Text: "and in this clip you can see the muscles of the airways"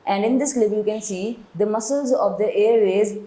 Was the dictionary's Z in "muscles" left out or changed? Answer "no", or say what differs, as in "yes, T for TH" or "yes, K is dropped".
no